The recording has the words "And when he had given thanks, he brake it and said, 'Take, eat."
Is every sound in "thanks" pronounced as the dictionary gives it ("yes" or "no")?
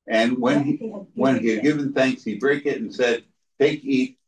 yes